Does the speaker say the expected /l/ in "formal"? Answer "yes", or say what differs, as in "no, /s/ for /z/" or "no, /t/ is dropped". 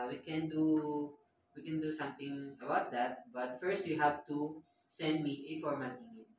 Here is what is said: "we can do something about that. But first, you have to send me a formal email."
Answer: no, /n/ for /l/